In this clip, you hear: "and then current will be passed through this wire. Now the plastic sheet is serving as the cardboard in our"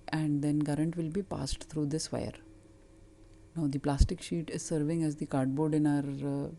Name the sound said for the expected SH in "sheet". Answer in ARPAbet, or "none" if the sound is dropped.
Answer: SH